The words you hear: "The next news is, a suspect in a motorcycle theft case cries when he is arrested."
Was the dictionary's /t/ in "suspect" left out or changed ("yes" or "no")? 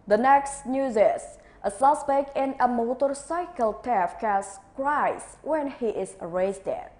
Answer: yes